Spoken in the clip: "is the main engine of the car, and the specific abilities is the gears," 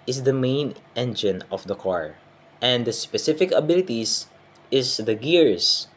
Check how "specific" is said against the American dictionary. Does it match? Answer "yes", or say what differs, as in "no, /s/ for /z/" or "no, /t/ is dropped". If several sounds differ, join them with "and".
yes